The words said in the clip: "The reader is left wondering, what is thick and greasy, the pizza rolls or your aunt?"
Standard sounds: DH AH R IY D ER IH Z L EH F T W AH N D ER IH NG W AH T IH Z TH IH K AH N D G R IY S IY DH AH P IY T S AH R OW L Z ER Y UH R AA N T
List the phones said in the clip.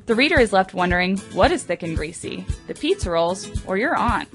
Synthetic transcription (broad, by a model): DH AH R IY D ER IH Z L EH F T W AH N D ER IH NG W AH T IH Z TH IH K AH N G R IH S IY DH AH P IY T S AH R OW L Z ER Y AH R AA N